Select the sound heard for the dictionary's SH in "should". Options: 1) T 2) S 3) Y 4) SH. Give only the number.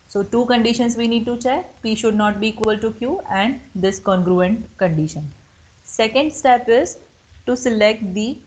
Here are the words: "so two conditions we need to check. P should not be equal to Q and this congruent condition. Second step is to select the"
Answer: 4